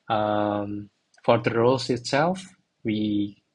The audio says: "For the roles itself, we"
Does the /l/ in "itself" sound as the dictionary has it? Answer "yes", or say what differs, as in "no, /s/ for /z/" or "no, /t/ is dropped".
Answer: yes